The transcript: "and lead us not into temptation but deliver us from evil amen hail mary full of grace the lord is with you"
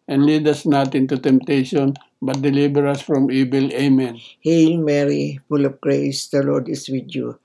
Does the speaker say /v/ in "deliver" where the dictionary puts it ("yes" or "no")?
no